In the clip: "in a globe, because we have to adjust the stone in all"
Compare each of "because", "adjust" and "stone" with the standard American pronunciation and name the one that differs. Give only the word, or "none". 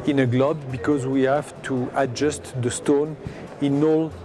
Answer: none